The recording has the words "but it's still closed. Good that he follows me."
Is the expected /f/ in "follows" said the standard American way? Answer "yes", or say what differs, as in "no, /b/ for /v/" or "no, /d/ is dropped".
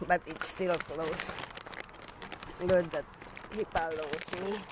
no, /p/ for /f/